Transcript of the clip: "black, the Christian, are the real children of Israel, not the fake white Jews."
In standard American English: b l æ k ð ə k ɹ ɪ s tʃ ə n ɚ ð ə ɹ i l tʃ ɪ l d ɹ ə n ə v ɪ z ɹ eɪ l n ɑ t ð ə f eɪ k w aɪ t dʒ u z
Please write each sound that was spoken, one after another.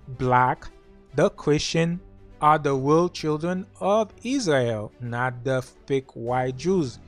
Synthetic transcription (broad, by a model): b l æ k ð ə k ɹ ɪ s tʃ ə n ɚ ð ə w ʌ l tʃ ɪ l d ɹ ə n ə v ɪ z ɹ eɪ l n ɑ t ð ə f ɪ k w aɪ t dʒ u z